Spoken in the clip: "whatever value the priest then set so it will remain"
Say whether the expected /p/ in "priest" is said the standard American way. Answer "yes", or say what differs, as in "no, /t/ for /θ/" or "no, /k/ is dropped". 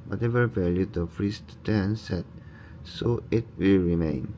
no, /f/ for /p/